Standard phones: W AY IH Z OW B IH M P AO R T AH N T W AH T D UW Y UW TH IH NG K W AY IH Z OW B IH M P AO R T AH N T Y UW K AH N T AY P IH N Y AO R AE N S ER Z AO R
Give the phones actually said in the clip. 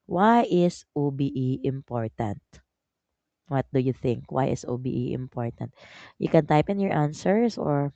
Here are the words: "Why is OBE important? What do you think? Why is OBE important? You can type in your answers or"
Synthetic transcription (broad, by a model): W AY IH S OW B IH M P AO R T AH N T W AH T D UW Y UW TH IH NG K W AY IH S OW B IH M P AO R T AH N T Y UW K AH N T AY P IH N Y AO R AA N S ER S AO R